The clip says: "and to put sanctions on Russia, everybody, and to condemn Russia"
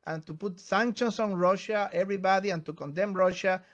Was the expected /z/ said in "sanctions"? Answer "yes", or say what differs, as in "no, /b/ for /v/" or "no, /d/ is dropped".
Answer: no, /s/ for /z/